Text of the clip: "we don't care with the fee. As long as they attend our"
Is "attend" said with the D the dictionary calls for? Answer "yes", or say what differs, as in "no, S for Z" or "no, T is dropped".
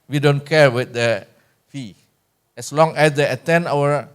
no, D is dropped